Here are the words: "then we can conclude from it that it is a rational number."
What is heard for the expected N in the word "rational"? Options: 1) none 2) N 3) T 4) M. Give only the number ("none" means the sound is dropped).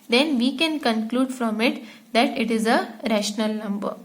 2